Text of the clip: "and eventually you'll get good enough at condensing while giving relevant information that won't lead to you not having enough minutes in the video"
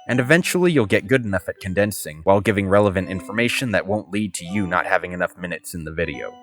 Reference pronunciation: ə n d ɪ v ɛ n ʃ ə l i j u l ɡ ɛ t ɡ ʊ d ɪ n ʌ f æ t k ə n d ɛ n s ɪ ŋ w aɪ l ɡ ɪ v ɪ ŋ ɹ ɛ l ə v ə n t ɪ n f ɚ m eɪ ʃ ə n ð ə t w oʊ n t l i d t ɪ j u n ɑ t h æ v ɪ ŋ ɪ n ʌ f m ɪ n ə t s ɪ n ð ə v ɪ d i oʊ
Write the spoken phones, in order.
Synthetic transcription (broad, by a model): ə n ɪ v ɛ n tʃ l i j u l ɡ ɛ t ɡ ʊ d ɪ n ʌ f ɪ t k ə n d ɛ n s ɪ ŋ w aɪ l ɡ ɪ v ɪ ŋ ɹ ɛ l ə v ə n t ɪ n f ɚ m eɪ ʃ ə n ð ə t w oʊ n t l i d t ɪ j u n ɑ t h æ v ɪ ŋ ɪ n ʌ f m ɪ n ə t s ɪ n ð ə v ɪ d i oʊ